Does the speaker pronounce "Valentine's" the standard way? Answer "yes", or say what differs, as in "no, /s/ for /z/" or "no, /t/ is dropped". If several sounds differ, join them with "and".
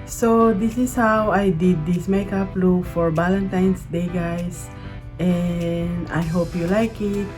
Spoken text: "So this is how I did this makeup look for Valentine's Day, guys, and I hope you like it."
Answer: no, /s/ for /z/